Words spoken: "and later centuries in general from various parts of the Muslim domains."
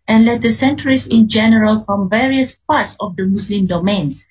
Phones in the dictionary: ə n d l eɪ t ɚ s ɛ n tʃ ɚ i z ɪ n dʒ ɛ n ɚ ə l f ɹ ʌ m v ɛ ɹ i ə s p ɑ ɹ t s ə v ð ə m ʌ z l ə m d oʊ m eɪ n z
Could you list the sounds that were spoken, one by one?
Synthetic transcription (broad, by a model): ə n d l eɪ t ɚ s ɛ n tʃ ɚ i s ɪ n dʒ ɛ n ɚ ə l f ɹ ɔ m v ɛ ɹ i ə s p ɑ t s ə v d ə m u s l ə m d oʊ m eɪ n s